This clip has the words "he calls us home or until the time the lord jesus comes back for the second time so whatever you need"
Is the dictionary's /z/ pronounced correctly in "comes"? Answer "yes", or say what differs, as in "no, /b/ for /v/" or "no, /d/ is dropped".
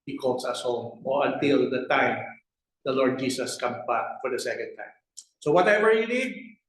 no, /z/ is dropped